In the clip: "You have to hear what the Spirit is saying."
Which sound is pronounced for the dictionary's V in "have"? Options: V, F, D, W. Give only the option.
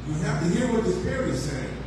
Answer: F